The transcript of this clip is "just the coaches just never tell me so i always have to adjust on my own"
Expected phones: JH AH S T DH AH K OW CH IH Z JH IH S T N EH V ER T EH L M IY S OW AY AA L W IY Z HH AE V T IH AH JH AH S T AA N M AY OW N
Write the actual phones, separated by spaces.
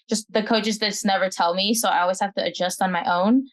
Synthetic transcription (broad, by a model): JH AH S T DH AH K OW CH IH Z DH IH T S N EH V ER T EH L M IY S OW AY AA L W IY Z HH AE F T IH AH JH AH S T N M AY OW N